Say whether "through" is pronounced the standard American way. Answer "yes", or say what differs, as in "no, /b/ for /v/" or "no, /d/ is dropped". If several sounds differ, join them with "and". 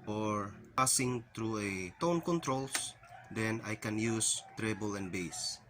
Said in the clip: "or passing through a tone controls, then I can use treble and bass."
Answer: no, /t/ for /θ/